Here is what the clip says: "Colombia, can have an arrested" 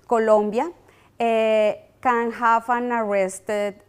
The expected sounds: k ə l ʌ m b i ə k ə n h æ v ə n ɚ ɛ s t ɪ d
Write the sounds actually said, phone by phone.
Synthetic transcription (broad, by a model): k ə l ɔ m b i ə k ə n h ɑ f ə n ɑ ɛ s t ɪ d